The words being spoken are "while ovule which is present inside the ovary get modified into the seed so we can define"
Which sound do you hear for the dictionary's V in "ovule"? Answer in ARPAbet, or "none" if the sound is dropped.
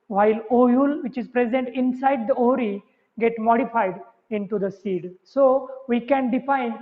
none